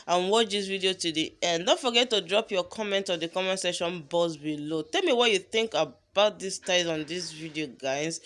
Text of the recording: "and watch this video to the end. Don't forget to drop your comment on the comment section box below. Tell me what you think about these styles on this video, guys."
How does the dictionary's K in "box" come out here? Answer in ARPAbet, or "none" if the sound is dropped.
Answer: none